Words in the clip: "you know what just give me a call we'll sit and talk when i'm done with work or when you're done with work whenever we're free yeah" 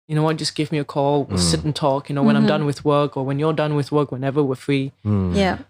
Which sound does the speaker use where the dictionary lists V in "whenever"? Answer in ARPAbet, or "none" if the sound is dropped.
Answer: V